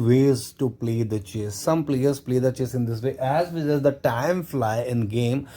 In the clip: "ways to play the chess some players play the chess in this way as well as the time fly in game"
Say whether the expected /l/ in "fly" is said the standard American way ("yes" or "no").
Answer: yes